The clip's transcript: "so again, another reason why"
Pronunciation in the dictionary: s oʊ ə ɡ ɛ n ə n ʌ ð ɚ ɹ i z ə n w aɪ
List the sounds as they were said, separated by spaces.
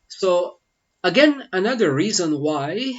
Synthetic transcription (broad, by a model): s oʊ ə ɡ ɛ n ə n ʌ ð ɚ ɹ i z ə n w aɪ